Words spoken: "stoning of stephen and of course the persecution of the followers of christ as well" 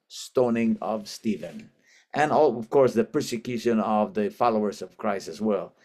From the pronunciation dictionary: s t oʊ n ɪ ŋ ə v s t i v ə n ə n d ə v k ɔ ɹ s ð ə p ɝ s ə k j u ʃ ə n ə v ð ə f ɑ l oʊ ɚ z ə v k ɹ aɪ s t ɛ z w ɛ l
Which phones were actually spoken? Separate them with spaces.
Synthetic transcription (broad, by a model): s t oʊ n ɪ ŋ ə v s t i v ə n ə n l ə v k ɔ ɹ s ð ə p ɝ s ə k j u ʃ ə n ə v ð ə f ɑ l oʊ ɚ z ə v k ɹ aɪ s ɛ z w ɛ l